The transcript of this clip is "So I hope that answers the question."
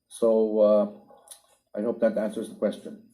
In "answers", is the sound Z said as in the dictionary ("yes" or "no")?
yes